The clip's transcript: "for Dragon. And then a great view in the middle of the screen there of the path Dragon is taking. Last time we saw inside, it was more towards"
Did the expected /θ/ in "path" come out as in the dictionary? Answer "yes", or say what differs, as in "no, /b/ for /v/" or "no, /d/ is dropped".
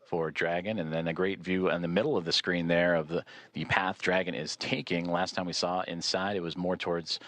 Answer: yes